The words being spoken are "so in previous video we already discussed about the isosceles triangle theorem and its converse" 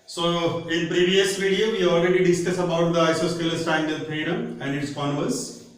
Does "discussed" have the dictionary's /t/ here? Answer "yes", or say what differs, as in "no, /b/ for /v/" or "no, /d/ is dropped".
no, /t/ is dropped